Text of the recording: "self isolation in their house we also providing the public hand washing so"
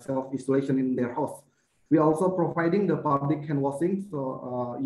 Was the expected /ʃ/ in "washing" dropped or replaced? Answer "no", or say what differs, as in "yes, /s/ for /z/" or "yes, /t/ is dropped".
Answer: yes, /s/ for /ʃ/